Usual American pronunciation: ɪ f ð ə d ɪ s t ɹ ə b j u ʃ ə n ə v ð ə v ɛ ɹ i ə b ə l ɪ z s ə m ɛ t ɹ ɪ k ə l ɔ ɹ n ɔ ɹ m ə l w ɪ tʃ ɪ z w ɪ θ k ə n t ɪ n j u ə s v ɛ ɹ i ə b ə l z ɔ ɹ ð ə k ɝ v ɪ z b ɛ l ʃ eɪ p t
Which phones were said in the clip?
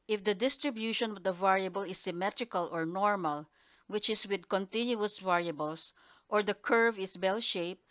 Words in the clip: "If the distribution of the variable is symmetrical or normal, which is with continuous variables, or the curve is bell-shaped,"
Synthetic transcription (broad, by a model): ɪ f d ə d ɪ s t ɹ ə b j u ʃ ə n ə v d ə v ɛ ɹ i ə b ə l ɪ s ə m ɛ t ɹ ɪ k ə l ɔ ɹ n ɔ ɹ m ə l w ɪ tʃ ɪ s w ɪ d k ə n t ɪ n j u ə s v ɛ ɹ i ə b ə l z ɔ ɹ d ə k ɝ v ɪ s b ɛ l ʃ eɪ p